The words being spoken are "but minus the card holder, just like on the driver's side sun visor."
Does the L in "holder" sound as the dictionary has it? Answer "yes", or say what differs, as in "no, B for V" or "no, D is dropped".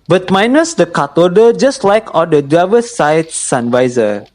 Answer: no, L is dropped